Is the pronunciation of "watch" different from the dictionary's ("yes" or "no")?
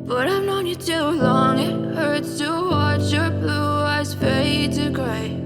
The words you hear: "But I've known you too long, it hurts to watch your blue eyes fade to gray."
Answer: no